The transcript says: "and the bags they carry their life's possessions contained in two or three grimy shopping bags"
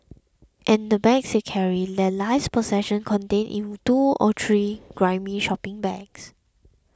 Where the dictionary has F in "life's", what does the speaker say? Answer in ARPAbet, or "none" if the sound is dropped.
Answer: none